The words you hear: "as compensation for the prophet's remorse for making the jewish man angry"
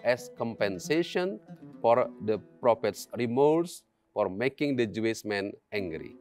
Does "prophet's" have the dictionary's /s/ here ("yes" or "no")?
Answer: yes